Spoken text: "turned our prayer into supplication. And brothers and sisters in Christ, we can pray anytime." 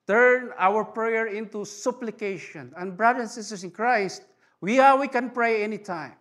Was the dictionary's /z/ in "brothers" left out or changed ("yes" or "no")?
yes